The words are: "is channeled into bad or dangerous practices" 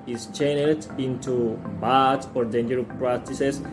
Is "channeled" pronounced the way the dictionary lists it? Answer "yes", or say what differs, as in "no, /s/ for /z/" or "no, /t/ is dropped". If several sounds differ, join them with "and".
no, /l/ is dropped